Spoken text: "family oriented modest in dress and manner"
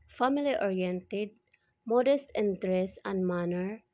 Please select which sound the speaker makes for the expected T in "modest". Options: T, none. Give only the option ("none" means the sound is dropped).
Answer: T